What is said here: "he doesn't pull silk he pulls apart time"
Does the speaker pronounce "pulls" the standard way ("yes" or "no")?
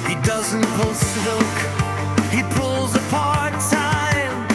yes